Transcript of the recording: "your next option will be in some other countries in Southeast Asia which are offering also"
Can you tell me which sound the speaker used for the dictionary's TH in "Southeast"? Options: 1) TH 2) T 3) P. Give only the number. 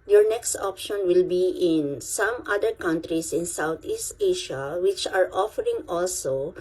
2